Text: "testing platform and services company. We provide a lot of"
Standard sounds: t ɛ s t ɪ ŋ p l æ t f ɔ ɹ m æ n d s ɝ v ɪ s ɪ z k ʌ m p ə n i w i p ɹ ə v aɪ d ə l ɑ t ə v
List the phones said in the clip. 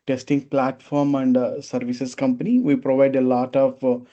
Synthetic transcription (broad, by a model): t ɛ s t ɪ ŋ p l æ t f ɔ ɹ m æ n d s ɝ v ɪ s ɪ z k ʌ m p ə n i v i p ɹ ə v aɪ d ə l ɑ t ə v